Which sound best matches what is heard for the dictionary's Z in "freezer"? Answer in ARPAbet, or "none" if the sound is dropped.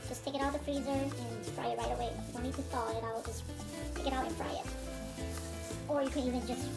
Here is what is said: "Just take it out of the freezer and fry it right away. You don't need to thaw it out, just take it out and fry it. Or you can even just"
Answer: Z